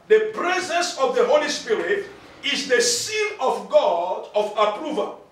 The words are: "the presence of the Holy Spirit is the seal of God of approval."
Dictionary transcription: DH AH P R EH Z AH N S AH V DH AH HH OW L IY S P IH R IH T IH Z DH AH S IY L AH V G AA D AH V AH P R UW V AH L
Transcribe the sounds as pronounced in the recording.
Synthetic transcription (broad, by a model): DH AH P R EH Z AH N S AH V DH AH HH OW L IY S P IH R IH T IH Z DH AH S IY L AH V G AA D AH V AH P R UW V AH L